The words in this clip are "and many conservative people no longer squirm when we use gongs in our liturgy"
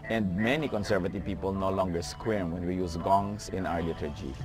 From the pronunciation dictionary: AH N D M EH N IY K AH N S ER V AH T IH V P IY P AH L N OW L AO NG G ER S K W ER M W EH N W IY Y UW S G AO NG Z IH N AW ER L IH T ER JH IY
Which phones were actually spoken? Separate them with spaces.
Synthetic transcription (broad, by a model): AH N D M EH N IY K AH N S ER V AH T IH V P IY P AH L N OW L AO NG G ER S K W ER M W EH N W IY Y UW S G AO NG S IH N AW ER L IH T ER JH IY